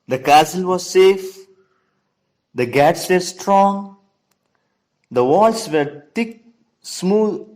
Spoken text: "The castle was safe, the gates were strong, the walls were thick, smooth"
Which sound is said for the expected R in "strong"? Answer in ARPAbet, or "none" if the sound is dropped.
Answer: R